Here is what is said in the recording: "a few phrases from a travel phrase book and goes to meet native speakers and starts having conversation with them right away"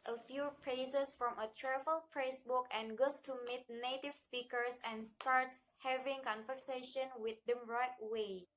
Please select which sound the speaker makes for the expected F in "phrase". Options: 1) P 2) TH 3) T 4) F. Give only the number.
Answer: 1